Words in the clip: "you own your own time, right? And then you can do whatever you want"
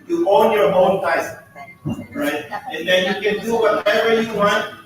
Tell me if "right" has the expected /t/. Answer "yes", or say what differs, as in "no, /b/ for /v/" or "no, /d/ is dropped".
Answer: yes